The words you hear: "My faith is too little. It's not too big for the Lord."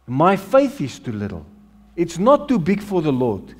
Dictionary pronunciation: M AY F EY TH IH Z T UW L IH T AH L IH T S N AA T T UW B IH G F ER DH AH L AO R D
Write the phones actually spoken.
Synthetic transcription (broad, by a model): M AY F EY TH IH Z T UW L IH T AH L IH T S N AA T T UW B IH G F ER DH AH L AO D